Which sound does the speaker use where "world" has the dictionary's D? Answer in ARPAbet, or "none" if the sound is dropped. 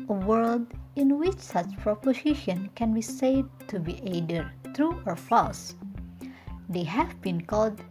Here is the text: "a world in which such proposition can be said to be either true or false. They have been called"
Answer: D